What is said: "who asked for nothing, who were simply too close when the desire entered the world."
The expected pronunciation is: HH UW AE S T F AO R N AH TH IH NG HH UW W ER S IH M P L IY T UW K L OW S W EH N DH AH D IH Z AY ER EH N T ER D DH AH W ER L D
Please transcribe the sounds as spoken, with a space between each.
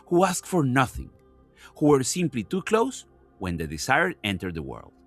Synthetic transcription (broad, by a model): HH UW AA S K F AO R N AH TH IH NG HH UW W ER S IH M P L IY T UW K L OW S W EH N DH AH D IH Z AY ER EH N T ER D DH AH W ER L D